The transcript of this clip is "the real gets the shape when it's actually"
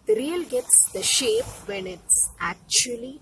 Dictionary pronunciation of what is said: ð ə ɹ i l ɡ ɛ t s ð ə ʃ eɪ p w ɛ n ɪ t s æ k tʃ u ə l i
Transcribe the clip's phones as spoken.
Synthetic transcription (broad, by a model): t ɹ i l ɡ ɛ t s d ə ʃ eɪ p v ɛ n ɪ t s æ k tʃ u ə l i